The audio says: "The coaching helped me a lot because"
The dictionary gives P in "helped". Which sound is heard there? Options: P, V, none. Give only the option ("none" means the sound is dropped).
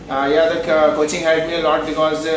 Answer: none